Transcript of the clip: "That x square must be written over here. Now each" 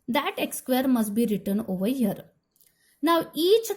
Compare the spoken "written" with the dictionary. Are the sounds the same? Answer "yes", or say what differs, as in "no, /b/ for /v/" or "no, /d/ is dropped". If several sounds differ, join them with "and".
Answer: yes